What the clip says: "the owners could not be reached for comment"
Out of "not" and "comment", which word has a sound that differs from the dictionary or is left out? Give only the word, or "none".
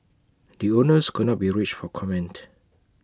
none